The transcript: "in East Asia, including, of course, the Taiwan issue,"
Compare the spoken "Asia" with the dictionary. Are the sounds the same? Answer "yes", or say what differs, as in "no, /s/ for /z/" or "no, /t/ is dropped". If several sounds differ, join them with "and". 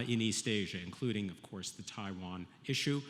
yes